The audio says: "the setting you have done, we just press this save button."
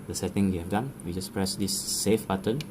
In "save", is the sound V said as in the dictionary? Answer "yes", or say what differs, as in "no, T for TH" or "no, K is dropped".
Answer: no, F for V